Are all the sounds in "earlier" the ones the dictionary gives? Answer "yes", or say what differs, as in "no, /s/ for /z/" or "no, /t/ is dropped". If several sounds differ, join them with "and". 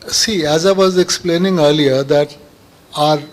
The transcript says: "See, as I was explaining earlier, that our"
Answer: yes